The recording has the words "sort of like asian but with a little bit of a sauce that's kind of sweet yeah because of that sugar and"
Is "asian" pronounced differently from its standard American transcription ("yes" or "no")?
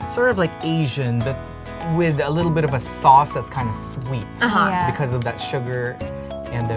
no